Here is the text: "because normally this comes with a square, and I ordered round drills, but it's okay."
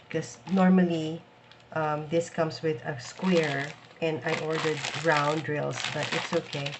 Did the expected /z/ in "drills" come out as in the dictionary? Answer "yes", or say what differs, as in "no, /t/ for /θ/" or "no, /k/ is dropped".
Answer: no, /s/ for /z/